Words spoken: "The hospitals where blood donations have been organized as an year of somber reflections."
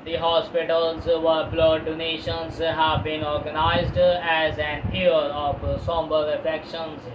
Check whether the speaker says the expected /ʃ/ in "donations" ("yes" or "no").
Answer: yes